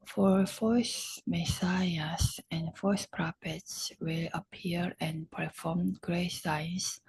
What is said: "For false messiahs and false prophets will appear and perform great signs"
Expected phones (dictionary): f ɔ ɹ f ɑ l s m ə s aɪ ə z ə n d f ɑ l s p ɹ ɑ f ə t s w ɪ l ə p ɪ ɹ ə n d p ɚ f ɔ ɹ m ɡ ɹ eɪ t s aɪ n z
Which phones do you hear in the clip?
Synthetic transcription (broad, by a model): f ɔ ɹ f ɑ s m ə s aɪ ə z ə n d f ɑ s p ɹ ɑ p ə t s w ɪ l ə p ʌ ɹ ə n p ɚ f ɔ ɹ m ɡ ɹ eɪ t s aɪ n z